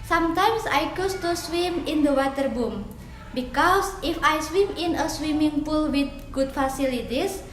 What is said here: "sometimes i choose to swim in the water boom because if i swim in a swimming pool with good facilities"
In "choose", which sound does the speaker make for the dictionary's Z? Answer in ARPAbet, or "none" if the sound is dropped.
S